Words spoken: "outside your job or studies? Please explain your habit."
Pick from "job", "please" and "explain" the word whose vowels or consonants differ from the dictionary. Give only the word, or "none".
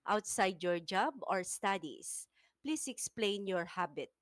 please